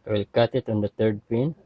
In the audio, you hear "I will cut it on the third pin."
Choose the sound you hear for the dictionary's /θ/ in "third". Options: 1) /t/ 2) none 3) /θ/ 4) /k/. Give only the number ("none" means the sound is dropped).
1